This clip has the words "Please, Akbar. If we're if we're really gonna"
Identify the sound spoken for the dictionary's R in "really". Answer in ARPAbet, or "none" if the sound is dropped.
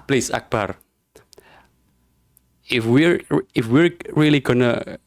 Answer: R